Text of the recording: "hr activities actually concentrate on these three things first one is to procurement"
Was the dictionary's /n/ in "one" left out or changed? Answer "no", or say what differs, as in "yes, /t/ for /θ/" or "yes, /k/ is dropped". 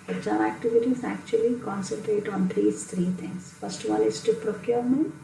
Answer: yes, /l/ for /n/